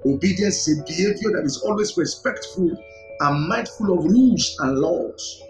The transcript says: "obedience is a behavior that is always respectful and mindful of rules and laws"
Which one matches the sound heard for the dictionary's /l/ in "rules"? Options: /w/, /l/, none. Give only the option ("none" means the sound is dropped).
none